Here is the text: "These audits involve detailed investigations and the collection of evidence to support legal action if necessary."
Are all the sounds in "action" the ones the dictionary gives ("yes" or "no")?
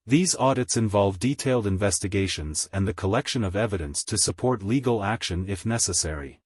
yes